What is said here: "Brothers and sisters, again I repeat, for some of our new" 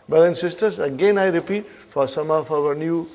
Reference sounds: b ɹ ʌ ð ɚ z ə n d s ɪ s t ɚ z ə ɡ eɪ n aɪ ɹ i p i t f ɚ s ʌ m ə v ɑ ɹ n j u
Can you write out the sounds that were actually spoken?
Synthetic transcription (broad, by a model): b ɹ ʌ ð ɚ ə n s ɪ s t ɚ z ə ɡ eɪ n aɪ ɹ i p i t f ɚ s ʌ m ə f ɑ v n j u